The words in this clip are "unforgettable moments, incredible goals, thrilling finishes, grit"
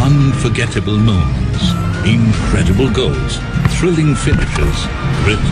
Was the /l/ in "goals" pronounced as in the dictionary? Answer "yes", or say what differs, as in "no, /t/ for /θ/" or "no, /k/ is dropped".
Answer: yes